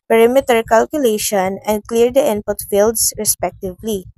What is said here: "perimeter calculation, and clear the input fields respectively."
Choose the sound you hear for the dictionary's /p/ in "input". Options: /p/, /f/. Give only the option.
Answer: /p/